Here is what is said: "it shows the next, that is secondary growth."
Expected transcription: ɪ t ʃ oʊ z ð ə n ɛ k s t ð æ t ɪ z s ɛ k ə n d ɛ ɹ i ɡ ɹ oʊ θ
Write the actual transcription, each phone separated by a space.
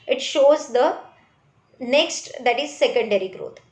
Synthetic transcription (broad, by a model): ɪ t ʃ oʊ z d ə n ɛ k s t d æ t ɪ z s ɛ k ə n d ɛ ɹ i ɡ ɹ oʊ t